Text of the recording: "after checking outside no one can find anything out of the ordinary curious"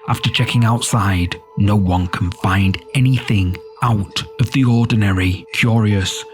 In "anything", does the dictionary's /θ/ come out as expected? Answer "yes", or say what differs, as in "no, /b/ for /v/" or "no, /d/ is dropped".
yes